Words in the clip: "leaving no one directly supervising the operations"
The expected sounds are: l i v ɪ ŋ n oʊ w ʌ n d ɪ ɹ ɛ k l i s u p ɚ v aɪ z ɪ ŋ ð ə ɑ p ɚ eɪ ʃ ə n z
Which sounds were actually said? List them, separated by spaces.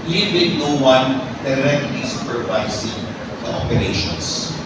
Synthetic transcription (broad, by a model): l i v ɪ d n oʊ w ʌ n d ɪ ɹ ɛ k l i s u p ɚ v aɪ s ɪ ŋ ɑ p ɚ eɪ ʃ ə n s